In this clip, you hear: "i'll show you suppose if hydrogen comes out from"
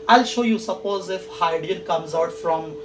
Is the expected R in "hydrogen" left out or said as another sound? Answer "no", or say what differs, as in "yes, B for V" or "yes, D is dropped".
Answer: yes, R is dropped